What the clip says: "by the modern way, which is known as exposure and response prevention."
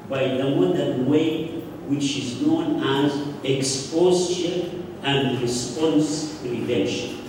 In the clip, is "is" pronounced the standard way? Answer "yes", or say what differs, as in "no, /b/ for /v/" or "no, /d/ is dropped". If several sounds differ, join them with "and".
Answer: yes